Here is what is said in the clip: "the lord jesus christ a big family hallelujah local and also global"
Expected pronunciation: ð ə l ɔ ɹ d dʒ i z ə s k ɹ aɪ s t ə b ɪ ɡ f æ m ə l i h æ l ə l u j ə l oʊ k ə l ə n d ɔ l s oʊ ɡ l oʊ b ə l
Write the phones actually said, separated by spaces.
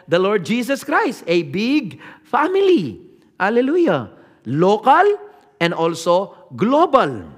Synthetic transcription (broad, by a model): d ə l ɔ ɹ d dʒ i s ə s k ɹ aɪ s t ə b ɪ ɡ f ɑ m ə l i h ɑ l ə l u j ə l oʊ k ə l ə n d ɔ l s oʊ ɡ l oʊ b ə l